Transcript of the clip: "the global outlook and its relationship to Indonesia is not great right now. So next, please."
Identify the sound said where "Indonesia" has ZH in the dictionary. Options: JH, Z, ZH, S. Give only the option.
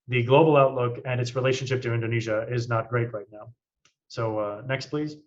ZH